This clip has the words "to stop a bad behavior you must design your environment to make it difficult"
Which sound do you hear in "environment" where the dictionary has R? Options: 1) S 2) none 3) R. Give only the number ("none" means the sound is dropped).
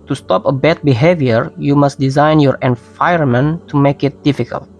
2